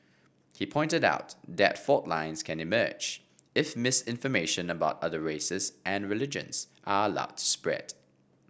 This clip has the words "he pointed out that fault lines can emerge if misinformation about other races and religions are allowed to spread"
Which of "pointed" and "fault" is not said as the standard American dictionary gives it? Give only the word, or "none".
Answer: fault